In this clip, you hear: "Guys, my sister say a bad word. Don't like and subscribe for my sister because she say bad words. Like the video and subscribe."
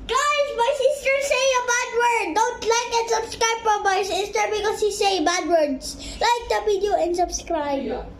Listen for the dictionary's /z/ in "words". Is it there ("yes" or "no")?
no